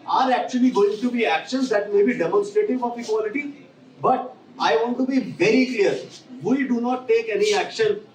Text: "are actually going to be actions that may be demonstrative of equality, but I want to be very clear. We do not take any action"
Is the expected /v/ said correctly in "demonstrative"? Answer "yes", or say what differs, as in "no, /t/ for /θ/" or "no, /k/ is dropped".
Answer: no, /f/ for /v/